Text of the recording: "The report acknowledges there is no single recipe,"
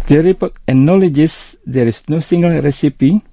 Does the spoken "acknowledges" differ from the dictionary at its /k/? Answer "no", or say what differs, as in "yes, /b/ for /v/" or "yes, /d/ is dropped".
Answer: yes, /k/ is dropped